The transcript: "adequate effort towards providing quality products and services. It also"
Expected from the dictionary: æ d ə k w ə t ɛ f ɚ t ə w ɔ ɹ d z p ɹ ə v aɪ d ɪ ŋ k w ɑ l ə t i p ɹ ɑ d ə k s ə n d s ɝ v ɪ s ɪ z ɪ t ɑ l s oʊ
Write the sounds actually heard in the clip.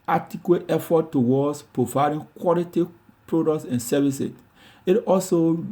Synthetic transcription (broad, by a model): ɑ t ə k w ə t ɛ f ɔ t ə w ɔ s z p ɹ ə v aɪ d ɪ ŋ k w ɑ l ə t i p ɹ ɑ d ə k s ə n s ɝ v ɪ s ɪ s ɪ t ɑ l s oʊ